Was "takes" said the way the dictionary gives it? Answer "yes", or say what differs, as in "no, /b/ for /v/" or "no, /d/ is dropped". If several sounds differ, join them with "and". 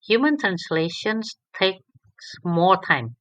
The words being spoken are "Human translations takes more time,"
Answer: yes